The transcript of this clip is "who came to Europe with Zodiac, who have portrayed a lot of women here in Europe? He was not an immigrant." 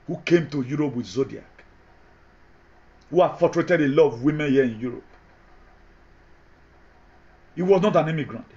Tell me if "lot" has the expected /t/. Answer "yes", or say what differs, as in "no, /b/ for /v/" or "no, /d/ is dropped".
no, /t/ is dropped